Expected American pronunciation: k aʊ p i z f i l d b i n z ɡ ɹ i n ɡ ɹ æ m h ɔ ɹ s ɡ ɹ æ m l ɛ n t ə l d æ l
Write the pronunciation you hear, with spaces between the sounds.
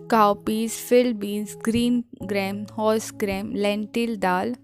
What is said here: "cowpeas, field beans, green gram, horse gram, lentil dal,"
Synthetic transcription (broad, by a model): k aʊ p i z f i l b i z ɡ ɹ i n ɡ ɹ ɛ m h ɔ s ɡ ɹ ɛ m l ɛ n t ə l d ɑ l